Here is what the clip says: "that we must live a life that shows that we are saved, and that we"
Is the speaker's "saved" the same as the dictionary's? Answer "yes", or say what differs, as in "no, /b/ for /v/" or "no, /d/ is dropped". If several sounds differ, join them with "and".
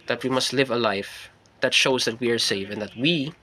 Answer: no, /d/ is dropped